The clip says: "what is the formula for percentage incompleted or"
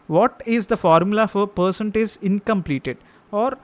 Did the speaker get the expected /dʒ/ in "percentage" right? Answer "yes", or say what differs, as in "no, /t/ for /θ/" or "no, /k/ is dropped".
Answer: no, /z/ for /dʒ/